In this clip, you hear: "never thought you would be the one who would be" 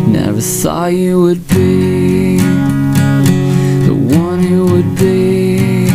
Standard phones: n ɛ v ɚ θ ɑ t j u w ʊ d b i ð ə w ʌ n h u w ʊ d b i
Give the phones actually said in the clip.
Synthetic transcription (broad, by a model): n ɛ v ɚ s ɑ j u w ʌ d b i ð ə w ʌ n h u w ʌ d b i